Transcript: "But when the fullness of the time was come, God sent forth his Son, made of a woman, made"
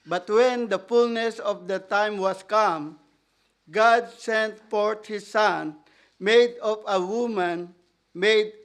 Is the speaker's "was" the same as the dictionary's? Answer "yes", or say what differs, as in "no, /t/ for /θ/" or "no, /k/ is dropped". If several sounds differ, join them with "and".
no, /s/ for /z/